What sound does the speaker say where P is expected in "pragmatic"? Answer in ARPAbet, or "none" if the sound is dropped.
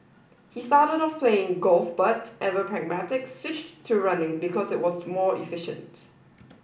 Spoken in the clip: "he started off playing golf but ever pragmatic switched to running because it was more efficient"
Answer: P